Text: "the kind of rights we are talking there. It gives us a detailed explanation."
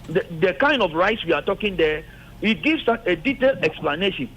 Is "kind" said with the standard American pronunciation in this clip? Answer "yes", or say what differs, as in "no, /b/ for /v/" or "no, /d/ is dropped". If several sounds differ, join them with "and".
yes